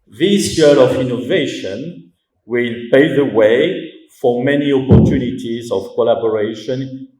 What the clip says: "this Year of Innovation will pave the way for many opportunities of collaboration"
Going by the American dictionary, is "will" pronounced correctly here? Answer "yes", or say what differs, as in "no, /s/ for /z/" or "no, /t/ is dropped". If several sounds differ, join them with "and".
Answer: yes